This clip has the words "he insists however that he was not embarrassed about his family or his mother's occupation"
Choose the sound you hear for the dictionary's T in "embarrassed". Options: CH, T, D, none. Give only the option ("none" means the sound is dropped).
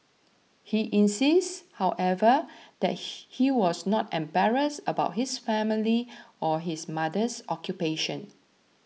none